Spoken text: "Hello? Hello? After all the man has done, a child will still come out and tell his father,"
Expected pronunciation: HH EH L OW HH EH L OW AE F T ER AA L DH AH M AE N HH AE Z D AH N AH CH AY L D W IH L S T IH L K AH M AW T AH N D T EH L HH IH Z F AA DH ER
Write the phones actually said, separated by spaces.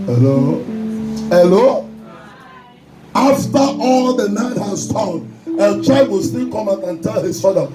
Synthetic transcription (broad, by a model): HH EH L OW HH EH L OW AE F T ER AA L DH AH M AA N HH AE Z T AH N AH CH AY D W IH L S T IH L K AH M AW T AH N T EH L HH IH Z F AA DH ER